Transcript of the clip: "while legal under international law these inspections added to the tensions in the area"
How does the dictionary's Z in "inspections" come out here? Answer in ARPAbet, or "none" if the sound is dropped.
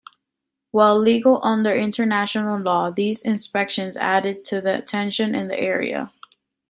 Z